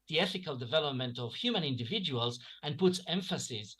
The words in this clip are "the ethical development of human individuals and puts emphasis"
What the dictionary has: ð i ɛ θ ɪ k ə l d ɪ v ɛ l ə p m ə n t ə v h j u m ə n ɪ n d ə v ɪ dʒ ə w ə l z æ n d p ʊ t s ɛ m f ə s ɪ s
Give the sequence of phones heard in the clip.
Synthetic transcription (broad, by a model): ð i ɛ θ ɪ k ə l d ɪ v ɛ l ə p m ə n t ə v h j u m ə n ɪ n d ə v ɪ dʒ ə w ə l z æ n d p ʊ t s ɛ m f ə s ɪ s